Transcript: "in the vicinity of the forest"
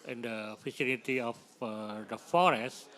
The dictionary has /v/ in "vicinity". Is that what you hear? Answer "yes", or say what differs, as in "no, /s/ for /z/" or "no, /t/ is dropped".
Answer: no, /f/ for /v/